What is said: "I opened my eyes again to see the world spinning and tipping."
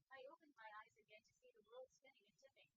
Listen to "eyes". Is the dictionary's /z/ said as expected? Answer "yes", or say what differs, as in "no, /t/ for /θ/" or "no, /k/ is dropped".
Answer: yes